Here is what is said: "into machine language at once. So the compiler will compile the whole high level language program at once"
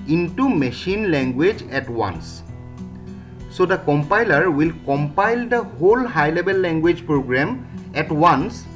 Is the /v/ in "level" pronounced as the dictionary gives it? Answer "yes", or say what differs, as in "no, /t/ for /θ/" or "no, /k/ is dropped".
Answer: no, /b/ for /v/